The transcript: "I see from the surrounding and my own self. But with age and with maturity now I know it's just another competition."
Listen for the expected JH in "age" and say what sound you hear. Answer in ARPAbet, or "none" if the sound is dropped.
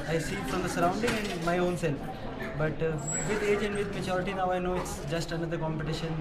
JH